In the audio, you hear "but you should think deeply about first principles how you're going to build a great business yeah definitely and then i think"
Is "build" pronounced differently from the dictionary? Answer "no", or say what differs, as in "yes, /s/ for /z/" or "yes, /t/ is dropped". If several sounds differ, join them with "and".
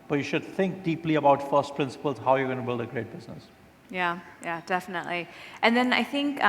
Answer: no